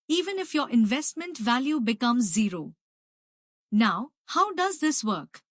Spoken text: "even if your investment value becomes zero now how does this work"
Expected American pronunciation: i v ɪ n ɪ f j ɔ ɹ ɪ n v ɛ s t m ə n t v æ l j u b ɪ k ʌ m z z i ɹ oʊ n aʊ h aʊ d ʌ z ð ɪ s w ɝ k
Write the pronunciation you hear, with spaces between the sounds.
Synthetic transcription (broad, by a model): i v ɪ n ɪ f j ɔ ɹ ɪ n v ɛ s t m ə n t v æ l j u b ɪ k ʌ m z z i ɹ oʊ n aʊ h aʊ d ʌ z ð ɪ s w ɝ k